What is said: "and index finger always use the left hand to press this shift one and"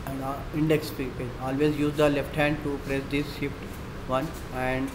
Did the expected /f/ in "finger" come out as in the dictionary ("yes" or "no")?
no